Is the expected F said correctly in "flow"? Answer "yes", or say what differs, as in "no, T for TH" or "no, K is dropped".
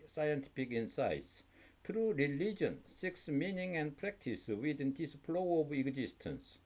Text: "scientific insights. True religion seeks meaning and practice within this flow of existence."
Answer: no, P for F